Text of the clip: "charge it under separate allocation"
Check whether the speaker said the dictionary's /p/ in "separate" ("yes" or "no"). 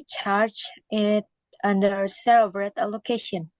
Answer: no